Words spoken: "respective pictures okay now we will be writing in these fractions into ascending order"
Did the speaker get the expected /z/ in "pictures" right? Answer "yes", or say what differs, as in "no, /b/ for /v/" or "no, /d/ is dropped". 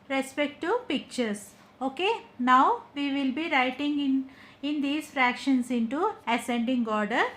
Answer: no, /s/ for /z/